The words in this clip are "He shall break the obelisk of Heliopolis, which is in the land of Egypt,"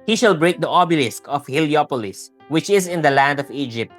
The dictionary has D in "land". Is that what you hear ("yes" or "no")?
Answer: yes